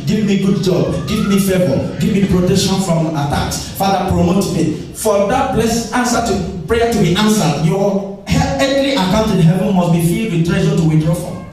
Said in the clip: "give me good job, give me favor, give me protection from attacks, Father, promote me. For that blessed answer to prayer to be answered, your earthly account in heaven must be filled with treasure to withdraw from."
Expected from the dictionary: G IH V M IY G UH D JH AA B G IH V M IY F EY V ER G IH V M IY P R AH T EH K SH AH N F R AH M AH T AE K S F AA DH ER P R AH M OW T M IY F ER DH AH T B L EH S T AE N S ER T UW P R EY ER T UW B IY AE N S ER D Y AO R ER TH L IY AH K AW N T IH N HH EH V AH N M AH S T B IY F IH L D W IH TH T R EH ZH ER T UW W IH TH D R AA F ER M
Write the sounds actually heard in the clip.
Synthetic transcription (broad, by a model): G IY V M IY G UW D JH AA B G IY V M IY F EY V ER G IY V M IY P R AH T EH K SH AH N F R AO M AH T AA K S F AA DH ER P R AH M OW T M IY F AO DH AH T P L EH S AA N S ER T UW P R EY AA T UW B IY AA N S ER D Y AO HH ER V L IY AH K AW N T IH N HH EH V AH N M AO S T B IY F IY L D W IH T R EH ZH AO T UW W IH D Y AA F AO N